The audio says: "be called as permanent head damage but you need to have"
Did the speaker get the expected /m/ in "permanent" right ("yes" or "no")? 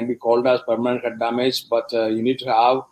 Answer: yes